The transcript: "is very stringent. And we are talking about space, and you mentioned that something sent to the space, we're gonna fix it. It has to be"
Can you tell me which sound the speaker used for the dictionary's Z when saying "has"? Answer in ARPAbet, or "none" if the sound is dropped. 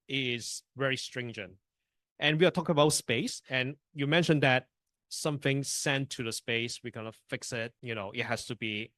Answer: S